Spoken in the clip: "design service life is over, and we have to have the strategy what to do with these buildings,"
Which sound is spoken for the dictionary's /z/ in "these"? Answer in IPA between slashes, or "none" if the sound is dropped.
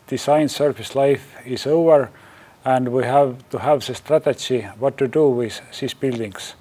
/s/